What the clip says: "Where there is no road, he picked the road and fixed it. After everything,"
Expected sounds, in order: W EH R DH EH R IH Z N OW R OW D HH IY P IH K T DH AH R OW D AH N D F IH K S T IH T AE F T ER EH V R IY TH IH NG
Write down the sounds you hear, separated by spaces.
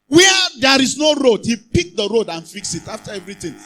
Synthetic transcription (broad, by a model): W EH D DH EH R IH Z N OW R OW D HH IY P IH K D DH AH R OW D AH N F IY K S IH T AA F T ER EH V R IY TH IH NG